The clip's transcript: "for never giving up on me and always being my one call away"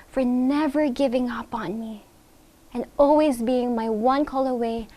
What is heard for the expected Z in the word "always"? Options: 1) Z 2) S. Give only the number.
1